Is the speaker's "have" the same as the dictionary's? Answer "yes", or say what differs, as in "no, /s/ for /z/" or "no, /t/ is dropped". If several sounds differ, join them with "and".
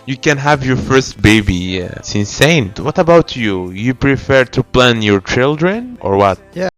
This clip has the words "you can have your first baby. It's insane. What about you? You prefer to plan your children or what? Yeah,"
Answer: yes